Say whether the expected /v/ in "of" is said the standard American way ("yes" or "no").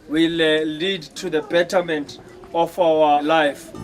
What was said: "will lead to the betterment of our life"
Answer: no